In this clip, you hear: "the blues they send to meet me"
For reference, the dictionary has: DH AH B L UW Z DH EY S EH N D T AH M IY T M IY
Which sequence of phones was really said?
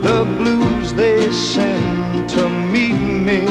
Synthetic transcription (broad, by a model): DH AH B L UW Z DH EY S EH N T AH M IY T M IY